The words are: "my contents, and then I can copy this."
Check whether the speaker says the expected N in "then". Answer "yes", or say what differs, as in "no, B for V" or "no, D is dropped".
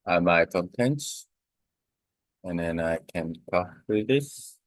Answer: yes